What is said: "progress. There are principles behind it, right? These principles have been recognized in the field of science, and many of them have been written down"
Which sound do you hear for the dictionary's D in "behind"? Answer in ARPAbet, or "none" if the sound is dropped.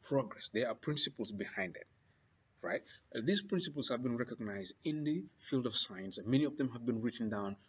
D